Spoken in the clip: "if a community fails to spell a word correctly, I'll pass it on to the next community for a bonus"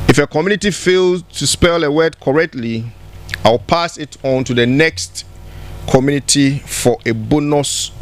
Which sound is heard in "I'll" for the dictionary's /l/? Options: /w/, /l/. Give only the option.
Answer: /w/